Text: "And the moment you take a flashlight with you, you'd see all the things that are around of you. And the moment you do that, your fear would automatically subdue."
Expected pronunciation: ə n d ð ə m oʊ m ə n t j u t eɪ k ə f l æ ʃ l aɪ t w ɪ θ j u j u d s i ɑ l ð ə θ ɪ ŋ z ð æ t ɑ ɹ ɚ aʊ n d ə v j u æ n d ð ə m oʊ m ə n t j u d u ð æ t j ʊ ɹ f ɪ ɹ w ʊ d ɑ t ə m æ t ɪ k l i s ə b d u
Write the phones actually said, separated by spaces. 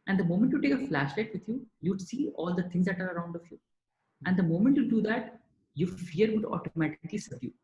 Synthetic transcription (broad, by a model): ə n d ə m oʊ m ə n t j u t eɪ k ə f l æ ʃ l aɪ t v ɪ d j u j u d s i ɑ l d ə t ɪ ŋ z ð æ t ɑ ɹ ɚ aʊ n d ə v j u æ n d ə m oʊ m ə n t j u d u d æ t j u f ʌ ɹ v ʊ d ɑ t ə m æ t ɪ k l i s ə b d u